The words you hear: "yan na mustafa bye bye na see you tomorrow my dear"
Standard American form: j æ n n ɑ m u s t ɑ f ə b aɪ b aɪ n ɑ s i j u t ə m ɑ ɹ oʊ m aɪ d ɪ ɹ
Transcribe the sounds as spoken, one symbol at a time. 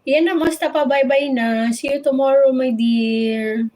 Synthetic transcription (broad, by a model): j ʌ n n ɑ m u s t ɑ p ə b aɪ b aɪ n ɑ s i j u t ə m ɑ ɹ oʊ m aɪ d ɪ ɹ